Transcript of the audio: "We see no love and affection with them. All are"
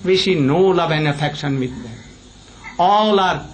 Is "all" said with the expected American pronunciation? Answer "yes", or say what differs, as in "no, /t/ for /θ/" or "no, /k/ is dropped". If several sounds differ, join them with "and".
yes